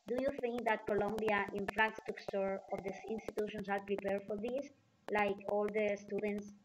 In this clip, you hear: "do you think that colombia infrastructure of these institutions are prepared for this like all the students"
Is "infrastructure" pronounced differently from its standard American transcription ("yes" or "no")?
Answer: yes